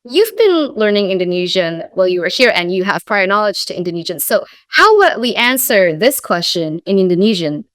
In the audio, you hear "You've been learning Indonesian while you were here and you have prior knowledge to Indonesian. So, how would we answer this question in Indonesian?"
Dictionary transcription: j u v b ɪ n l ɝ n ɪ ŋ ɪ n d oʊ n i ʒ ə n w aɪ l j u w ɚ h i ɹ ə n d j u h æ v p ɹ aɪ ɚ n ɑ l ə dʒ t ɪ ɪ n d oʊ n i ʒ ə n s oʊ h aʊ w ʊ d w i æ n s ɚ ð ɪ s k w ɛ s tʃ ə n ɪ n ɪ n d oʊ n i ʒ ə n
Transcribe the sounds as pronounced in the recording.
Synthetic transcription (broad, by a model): j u v b ɪ n l ɝ n ɪ ŋ ɪ n d oʊ n i ʒ ə n w aɪ l j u w ɚ h i ɹ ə n j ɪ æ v p ɹ aɪ ɚ n ɑ l ə dʒ t ɪ ɪ n d oʊ n i ʒ ə n s oʊ h aʊ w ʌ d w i æ n s ɚ ð ɪ s k w ɛ s tʃ ə n ɪ n ɪ n d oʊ n i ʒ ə n